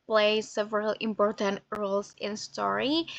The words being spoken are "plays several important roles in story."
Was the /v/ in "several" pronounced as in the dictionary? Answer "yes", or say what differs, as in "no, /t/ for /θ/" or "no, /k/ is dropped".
yes